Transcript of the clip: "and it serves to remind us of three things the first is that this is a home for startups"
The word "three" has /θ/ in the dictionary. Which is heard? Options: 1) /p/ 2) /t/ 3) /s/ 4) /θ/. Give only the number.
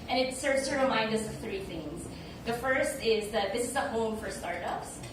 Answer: 4